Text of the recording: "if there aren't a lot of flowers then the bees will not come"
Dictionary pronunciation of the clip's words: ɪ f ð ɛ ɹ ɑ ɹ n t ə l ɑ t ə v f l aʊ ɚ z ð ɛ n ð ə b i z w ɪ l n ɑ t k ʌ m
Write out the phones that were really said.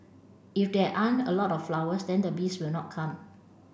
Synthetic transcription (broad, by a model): ɪ f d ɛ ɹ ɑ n ə l ɑ t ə f l aʊ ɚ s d ɛ n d ə b i s w ɪ l n ɑ t k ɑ m